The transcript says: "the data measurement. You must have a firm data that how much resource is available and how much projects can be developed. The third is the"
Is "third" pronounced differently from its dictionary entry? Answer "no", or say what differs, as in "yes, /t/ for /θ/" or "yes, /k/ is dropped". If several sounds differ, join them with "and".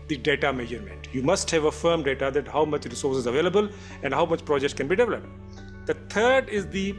yes, /t/ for /θ/